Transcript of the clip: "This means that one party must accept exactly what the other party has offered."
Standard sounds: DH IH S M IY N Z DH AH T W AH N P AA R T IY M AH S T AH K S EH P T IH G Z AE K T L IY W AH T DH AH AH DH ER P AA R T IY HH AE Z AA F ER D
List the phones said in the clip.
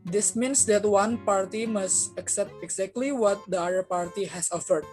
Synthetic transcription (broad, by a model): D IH S M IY N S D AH T W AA N P AA R T IY M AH S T AH K S EH P T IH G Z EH K T L IY W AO T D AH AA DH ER P AA R T IY HH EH S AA F ER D